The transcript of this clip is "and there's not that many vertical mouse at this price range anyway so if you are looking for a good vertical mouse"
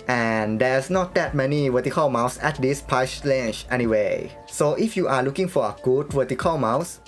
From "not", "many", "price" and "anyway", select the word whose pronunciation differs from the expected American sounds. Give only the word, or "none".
price